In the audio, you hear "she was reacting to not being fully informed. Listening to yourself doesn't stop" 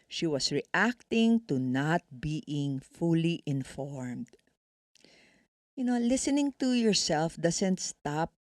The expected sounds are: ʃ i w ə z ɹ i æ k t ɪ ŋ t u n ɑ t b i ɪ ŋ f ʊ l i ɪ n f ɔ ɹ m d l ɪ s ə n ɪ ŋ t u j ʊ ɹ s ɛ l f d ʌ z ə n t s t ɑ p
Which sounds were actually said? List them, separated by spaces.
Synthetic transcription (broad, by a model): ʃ i w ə s ɹ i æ k t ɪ ŋ t u n ɑ t b i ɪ ŋ f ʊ l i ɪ n f ɔ ɹ m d l ɪ s ə n ɪ ŋ t u j ʊ ɹ s ɛ l f d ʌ s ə n t s t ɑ p